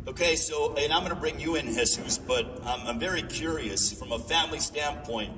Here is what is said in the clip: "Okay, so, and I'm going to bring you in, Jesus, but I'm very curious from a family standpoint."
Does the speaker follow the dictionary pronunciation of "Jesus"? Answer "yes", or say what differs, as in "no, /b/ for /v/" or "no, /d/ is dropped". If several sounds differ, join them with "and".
no, /s/ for /z/